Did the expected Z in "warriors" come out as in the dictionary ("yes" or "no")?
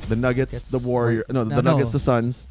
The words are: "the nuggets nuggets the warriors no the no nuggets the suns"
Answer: no